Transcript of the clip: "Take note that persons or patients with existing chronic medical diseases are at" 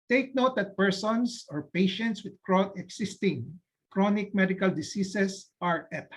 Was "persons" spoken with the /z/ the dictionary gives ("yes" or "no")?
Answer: no